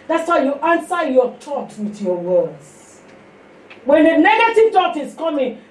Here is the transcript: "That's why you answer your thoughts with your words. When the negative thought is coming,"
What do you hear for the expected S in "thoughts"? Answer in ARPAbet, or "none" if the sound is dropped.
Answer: none